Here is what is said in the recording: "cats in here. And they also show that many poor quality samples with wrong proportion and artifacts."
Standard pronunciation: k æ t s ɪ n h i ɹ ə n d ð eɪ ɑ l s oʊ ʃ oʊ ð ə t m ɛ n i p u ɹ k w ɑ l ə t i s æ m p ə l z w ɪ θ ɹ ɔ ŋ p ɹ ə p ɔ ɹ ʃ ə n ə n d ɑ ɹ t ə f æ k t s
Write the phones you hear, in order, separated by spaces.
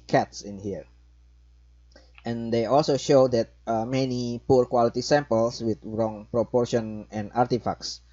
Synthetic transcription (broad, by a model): k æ t s ɪ n h i ɹ ə n d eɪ ɑ l s oʊ ʃ oʊ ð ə t m ɛ n i p u ɹ k w ɑ l ə t i s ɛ m p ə l s w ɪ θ ɹ ɔ ŋ p ɹ ə p ɔ ɹ ʃ ə n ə n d ɑ ɹ t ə f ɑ k s